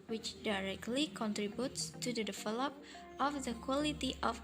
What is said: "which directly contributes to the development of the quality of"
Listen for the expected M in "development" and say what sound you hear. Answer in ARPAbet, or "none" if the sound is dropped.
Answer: none